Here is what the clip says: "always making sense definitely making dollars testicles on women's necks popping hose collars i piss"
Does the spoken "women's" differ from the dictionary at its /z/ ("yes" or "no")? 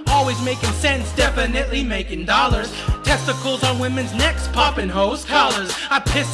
no